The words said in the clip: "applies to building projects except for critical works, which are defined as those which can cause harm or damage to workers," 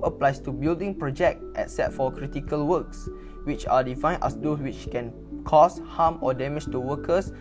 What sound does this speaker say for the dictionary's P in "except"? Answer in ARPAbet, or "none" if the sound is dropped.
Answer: none